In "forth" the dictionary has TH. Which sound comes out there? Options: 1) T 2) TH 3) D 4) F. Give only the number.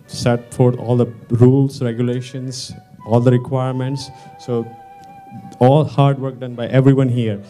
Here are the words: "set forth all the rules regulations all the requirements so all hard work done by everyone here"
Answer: 1